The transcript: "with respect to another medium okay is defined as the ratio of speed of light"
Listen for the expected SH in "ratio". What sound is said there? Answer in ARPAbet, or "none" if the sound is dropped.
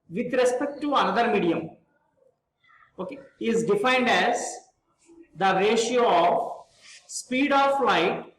SH